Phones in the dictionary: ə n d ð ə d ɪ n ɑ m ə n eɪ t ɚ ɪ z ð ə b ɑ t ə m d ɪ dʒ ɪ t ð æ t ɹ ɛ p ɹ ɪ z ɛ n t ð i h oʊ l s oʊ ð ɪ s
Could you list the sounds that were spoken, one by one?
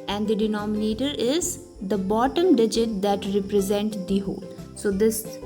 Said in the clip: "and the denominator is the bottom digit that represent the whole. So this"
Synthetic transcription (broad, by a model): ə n d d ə d ɪ n ɑ m ə n eɪ t ɚ ɪ z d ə b ɑ t ə m d ɪ dʒ ɪ t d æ t ɹ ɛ p ɹ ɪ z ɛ n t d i h oʊ l s oʊ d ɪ s